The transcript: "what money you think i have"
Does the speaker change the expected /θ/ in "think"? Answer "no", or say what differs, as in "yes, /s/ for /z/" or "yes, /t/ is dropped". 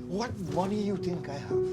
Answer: yes, /t/ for /θ/